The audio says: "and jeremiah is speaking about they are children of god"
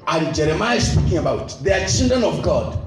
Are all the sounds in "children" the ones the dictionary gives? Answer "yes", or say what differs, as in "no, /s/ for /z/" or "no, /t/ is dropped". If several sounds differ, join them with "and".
no, /n/ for /l/ and /ɹ/ is dropped